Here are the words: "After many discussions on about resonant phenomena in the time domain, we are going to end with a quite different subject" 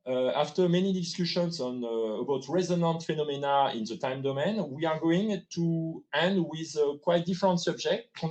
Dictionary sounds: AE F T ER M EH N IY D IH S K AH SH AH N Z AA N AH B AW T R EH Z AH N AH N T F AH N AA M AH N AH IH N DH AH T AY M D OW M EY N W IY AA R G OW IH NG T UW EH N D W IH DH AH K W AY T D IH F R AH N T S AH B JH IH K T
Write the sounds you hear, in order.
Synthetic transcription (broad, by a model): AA F T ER M EH N IY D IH S K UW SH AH N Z AA N AH B AW T R EH Z AH N AH N T F AH N AA M AH N AH IH N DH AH T AY M D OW M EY N W IY AA R G OW IH NG T UW EH N D W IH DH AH K W AY T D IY F R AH N T S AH B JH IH K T